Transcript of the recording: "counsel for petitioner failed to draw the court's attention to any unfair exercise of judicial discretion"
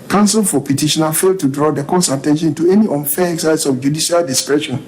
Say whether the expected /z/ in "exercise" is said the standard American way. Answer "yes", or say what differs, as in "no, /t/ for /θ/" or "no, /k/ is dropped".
no, /s/ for /z/